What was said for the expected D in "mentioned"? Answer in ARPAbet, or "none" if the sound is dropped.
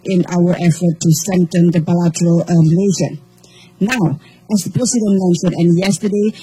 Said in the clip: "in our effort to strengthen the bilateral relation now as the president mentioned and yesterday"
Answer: none